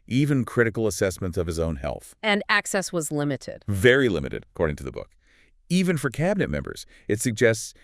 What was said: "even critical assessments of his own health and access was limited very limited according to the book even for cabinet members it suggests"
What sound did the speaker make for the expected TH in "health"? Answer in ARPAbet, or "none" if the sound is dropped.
TH